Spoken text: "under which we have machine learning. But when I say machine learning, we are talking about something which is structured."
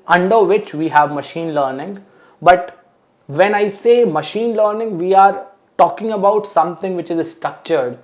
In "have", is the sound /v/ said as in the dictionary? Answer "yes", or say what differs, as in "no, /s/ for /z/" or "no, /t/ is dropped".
yes